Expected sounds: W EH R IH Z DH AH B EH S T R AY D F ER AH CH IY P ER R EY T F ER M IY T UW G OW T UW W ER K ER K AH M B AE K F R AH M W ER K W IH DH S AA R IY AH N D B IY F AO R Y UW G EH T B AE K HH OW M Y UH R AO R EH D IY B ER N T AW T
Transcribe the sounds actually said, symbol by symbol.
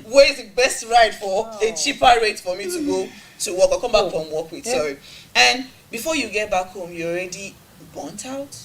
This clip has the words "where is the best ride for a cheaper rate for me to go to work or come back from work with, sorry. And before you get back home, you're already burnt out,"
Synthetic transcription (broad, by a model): W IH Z DH AH B EH S T R AY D F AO AH CH IY P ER R EY T F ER M IY T UW G OW T UW W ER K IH K AH M B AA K F R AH M W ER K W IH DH S AA R IY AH N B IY F AO Y UW G EH T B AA K HH OW M Y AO AO R EH D IY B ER N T AW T